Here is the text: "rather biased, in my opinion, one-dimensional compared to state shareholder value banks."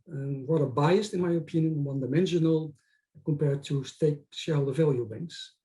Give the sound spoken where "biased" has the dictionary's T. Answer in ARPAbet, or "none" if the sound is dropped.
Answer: T